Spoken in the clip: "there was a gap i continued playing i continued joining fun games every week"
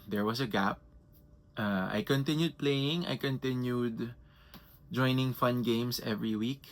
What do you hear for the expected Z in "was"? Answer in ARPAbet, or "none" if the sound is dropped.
S